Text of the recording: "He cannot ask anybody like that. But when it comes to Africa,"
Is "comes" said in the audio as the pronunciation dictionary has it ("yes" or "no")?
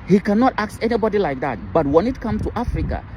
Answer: no